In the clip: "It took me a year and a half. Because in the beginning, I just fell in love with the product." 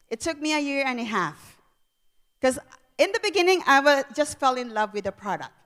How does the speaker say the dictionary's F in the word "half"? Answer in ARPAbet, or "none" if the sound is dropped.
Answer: F